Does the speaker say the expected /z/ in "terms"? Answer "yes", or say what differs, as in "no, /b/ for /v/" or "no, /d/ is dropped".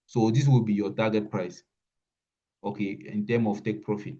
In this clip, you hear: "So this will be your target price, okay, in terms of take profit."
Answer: no, /z/ is dropped